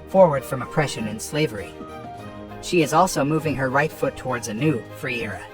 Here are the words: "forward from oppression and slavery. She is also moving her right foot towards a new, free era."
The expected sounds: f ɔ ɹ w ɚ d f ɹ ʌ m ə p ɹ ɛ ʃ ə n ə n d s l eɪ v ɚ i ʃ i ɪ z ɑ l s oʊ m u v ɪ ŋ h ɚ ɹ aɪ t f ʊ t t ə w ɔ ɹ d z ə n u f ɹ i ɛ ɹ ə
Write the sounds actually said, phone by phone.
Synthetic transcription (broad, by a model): f ɔ ɹ w ɚ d f ɹ ʌ m ə p ɹ ɛ ʃ ə n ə n s l eɪ v ɚ i ʃ i ɪ z ɑ l s oʊ m u v ɪ ŋ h ɚ ɹ aɪ t f ʊ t t ə w ɔ ɹ d z ə n u f ɹ i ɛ ɹ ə